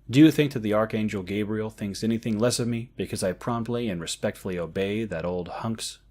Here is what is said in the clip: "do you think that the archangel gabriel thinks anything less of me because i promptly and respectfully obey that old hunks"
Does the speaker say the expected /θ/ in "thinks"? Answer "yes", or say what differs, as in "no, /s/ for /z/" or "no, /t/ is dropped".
yes